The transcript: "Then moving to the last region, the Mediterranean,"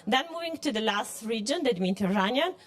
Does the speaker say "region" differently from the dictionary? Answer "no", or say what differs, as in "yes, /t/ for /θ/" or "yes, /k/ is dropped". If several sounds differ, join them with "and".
no